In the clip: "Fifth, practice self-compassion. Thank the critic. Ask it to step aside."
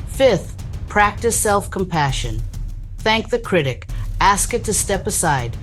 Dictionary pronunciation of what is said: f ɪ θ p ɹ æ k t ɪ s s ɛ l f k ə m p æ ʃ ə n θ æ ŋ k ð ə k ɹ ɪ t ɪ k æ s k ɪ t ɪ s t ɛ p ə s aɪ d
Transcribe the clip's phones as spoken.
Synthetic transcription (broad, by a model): f ɪ θ p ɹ æ k t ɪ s s ɛ l f k ə m p æ ʃ ə n θ æ ŋ k ð ə k ɹ ɪ t ɪ k æ s k ɪ t ɪ s t ɛ p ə s aɪ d